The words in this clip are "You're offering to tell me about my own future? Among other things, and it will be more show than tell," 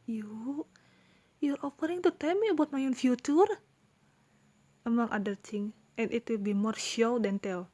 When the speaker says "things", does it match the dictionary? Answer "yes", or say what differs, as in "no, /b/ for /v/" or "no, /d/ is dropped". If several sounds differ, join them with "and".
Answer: no, /t/ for /θ/ and /z/ is dropped